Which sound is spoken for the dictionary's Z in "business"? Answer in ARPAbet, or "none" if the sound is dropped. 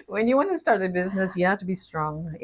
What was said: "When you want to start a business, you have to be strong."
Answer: Z